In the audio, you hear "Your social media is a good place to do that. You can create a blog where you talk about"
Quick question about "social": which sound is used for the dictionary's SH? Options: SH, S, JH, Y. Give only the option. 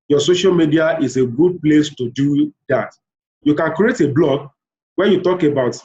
SH